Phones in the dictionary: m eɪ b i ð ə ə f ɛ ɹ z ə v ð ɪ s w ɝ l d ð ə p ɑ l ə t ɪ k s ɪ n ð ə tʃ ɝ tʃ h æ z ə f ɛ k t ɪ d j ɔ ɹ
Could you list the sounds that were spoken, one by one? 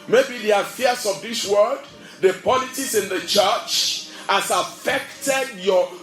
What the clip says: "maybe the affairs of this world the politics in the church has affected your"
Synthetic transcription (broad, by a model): m eɪ b i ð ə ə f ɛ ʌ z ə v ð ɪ s w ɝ d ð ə p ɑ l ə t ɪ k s ɪ n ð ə tʃ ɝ tʃ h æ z ə f ɛ k t ɪ d j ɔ